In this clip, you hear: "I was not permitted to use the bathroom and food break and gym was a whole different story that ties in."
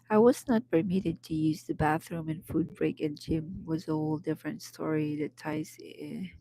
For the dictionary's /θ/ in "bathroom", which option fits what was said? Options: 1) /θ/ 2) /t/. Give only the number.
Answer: 1